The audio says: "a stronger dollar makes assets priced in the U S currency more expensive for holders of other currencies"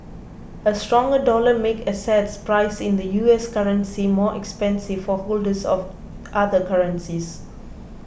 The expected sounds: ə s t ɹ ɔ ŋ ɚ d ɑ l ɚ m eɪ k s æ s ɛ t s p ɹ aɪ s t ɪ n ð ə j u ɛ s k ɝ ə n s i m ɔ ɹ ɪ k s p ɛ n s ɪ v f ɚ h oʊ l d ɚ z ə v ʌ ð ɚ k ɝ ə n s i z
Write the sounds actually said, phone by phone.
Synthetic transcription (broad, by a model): ə s t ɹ ɔ ŋ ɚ d ɑ l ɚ m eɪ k ʌ s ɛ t s p ɹ aɪ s ɪ n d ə j u ɛ s k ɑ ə n s i m ɔ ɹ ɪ k s p ɛ n s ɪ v f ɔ h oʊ l d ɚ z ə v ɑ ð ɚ k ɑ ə n s i s